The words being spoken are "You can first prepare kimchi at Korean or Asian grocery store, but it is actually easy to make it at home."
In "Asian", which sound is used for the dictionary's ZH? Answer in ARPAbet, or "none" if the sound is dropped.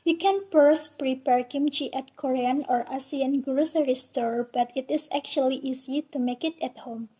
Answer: S